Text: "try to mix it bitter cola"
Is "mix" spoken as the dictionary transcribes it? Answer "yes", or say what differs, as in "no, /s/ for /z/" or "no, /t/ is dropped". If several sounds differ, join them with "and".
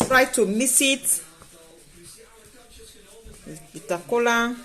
no, /k/ is dropped